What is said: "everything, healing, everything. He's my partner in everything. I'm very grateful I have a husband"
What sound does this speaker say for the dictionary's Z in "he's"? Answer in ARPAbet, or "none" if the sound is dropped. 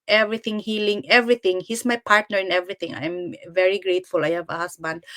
S